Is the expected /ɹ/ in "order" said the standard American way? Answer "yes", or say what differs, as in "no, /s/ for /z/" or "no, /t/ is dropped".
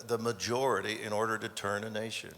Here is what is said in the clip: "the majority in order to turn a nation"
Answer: yes